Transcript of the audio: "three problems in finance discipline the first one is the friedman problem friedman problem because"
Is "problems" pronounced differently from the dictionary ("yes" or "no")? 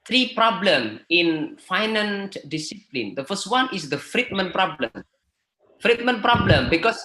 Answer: yes